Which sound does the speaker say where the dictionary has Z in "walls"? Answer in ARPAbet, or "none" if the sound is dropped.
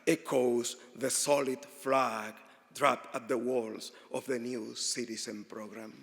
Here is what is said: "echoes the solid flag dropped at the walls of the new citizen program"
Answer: S